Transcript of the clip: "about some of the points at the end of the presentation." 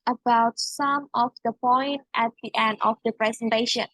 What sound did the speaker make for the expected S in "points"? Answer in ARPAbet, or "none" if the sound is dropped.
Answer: none